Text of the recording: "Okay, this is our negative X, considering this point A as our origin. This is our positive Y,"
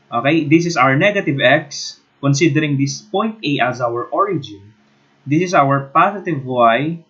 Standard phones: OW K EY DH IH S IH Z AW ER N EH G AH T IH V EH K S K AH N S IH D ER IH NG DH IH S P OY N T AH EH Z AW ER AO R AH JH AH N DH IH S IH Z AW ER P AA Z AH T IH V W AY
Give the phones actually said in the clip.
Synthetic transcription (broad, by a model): OW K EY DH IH S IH S AW ER N EH G AH T IH V EH K S K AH N S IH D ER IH NG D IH S P OY N T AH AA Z AW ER AO R AH JH AH N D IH S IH S AW ER P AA S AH T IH V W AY